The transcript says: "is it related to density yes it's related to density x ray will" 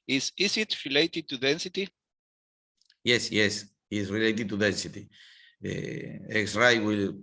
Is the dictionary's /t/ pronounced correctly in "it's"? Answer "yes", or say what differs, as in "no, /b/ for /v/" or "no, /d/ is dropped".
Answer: no, /s/ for /t/